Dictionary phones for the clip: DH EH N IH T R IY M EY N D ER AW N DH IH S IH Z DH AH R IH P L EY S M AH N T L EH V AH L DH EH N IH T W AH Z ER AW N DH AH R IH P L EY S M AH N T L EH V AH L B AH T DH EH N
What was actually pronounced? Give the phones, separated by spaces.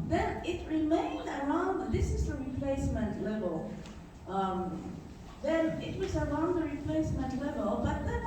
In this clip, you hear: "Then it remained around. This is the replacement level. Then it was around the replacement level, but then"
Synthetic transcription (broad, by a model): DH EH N IH T R IY M EY N D ER AW N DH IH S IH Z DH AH R IH P L EY S M AH N T L EH V AH L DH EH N IH T W AH Z ER AW N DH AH R IH P L EY S M AH N T L EH V AH L B AH T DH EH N